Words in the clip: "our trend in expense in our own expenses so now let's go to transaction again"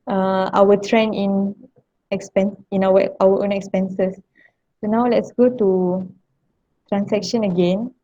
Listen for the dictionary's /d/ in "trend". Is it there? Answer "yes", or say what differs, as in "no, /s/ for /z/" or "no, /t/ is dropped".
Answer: no, /d/ is dropped